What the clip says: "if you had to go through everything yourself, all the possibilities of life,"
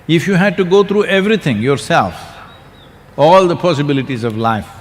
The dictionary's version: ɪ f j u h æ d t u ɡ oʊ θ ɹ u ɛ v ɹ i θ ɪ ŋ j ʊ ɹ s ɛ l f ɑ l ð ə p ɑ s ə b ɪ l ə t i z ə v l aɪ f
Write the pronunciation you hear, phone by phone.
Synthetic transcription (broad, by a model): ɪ f j u h æ d t u ɡ oʊ t ɹ u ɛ v ɹ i t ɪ ŋ j ʊ ɹ s ɛ l f ɑ l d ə p ɑ s ə b ɪ l ə t i z ə v l aɪ f